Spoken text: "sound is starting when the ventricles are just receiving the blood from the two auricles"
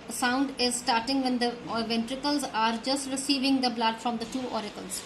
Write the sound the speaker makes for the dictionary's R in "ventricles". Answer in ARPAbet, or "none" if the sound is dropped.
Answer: R